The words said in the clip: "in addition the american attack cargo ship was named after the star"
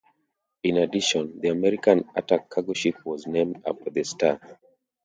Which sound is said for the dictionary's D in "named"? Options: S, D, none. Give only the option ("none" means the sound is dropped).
D